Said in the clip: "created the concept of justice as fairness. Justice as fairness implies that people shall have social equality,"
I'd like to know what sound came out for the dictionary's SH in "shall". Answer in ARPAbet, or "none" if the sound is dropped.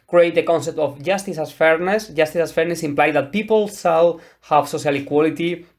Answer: S